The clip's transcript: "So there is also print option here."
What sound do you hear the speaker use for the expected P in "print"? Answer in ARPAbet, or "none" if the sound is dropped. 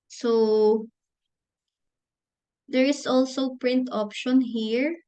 P